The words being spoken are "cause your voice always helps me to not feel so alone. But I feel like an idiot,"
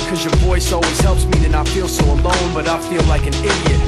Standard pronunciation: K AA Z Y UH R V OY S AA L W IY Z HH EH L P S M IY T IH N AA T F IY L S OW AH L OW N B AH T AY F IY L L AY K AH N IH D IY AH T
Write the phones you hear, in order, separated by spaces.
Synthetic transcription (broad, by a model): K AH Z Y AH R V OY S AA L W IY Z HH EH L P S M IY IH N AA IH F IY L S OW AH L OW N B AH T AY F IY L L AY K AH N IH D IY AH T